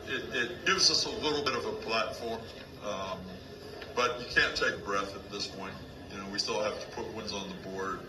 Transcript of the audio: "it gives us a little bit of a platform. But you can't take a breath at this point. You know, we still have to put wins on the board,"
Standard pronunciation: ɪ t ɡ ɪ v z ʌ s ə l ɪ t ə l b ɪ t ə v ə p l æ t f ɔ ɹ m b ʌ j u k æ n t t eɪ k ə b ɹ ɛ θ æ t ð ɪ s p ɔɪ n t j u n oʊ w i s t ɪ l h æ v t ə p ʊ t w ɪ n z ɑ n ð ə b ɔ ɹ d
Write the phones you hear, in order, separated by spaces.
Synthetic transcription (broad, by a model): ɪ t ɡ ɪ v z ʌ s ə l ɪ t l b ɪ t ə v ə p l æ t f ɔ ɹ m b ʌ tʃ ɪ k æ n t t eɪ k b ɹ ɛ θ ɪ t ð ɪ s p ɔɪ n t j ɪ n oʊ w i s t ɪ l h æ f t ə p ʊ t w ɪ n z n ð ə b ɔ ɹ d